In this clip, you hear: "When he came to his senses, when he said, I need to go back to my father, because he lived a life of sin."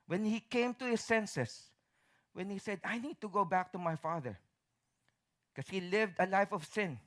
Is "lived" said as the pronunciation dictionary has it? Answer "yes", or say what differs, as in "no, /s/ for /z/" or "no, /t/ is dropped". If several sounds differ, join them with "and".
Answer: yes